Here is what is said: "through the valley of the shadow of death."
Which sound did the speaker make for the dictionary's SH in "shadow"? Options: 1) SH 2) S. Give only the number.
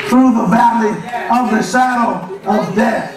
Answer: 2